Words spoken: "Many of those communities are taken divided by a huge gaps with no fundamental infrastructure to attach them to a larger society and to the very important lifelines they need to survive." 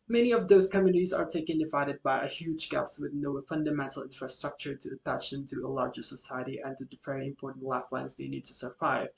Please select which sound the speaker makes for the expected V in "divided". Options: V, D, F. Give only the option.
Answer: V